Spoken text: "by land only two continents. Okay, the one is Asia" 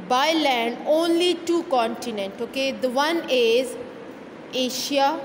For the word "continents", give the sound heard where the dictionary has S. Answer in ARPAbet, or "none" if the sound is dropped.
none